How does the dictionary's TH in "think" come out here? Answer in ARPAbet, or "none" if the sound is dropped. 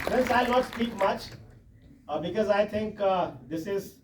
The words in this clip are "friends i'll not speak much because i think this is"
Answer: T